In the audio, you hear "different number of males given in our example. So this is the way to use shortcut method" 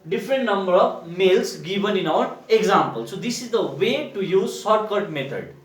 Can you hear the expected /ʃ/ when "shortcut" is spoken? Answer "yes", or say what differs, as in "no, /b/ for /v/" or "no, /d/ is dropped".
no, /s/ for /ʃ/